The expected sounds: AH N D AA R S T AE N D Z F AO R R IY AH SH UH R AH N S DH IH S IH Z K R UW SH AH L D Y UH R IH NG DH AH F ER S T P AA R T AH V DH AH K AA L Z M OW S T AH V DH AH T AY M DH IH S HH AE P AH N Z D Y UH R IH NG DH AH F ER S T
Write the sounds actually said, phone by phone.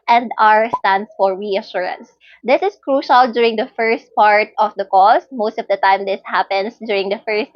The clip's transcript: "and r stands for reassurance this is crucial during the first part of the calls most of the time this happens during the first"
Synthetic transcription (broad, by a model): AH N D AA R S T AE N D S F AO R R IY AH SH UH R AH N S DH IH S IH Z K R UW SH AH L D Y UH R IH NG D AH F ER S T P AA R T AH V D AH K AA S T M OW S T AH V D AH T AY M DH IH S HH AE P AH N S D Y UH R IH NG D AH F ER S T